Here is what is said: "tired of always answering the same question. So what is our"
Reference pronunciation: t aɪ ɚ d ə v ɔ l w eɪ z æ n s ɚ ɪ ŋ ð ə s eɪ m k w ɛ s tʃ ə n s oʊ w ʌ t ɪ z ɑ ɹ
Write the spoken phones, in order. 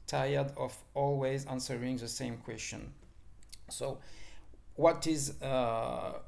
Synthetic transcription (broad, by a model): t aɪ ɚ d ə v ɔ l w eɪ z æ n s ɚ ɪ ŋ ð ə s eɪ m k w ɛ s tʃ ə n s oʊ w ʌ t ɪ z